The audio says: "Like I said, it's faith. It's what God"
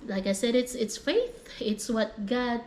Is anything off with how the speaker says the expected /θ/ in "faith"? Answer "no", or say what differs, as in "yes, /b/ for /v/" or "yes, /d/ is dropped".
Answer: no